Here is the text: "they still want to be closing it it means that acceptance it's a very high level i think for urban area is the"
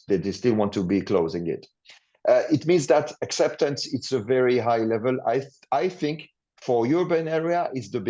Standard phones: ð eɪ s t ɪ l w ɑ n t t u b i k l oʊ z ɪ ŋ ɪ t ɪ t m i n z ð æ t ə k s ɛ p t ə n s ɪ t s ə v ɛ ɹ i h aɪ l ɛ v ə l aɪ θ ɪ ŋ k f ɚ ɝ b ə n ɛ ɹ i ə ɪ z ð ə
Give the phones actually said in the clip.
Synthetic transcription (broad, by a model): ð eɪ s t ɪ l w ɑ n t t u b i k l oʊ z ɪ ŋ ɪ t ɪ t m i n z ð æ t ə k s ɛ p t ə n s ɪ t s ə v ɛ ɹ i h aɪ l ɛ v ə l aɪ θ ɪ ŋ k f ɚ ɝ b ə n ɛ ɹ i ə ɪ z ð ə